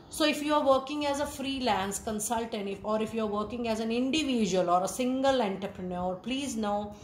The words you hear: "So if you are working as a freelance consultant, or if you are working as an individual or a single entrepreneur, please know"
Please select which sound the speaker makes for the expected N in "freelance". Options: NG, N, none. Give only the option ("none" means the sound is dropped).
N